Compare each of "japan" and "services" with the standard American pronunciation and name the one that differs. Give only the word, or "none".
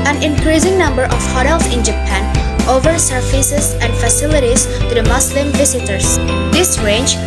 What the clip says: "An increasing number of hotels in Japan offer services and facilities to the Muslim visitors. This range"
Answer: services